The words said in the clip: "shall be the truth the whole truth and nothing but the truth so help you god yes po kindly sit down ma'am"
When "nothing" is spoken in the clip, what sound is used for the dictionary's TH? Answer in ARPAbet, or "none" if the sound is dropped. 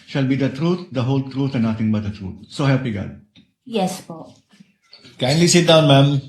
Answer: T